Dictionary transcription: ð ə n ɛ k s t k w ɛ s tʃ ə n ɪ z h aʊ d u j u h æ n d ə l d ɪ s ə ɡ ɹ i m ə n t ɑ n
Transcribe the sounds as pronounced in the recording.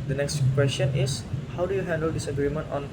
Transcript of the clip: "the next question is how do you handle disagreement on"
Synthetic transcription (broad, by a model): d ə n ɛ k s t k w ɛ s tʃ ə n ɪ s h aʊ d u j u h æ n d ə l d ɪ s ə ɡ ɹ i m ə n t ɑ n